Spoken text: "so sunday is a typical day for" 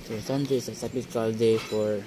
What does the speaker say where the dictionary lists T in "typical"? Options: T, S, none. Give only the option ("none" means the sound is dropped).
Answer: S